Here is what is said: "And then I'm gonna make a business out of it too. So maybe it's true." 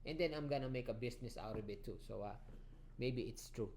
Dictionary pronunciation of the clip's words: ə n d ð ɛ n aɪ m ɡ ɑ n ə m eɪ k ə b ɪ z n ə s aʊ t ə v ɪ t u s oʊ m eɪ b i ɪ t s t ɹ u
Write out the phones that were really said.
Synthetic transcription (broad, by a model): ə n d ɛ n aɪ m ɡ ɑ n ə m eɪ k ə b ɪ s n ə s aʊ t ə b ɪ t u s oʊ m eɪ b i ɪ t s t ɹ u